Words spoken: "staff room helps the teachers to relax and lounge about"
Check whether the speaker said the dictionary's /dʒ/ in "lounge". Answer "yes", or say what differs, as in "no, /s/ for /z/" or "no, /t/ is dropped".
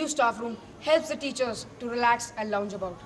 yes